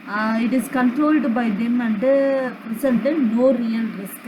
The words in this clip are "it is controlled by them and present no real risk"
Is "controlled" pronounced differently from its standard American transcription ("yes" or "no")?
no